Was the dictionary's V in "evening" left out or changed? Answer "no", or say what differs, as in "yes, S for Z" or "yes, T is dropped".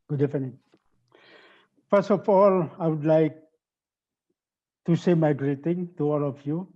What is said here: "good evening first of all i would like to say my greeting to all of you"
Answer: yes, F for V